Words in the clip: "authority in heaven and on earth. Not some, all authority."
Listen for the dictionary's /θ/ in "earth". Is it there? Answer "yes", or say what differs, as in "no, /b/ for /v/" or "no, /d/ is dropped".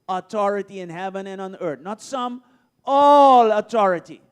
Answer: no, /t/ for /θ/